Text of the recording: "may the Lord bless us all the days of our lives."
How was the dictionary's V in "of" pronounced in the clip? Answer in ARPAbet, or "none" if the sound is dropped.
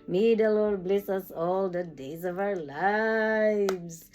V